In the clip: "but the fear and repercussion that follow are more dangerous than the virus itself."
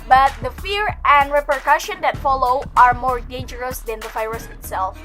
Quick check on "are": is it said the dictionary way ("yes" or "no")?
yes